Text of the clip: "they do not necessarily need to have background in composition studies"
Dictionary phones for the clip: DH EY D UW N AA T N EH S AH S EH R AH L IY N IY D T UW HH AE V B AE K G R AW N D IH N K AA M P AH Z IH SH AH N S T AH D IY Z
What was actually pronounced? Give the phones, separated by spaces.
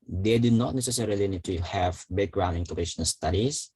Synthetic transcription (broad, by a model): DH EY D UW N AA T N EH S AH S EH R AH L IY N IY D T UW HH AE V B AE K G R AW N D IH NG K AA P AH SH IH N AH L S T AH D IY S